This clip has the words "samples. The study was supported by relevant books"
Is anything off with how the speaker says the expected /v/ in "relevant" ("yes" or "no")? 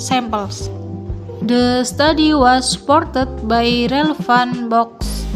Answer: yes